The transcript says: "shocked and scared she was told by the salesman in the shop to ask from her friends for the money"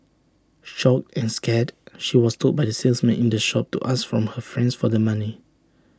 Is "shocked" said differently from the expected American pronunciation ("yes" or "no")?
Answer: yes